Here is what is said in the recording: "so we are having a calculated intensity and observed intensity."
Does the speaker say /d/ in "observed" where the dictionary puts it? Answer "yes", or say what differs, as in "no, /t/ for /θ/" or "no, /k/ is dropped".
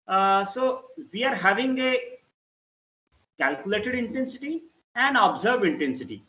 no, /d/ is dropped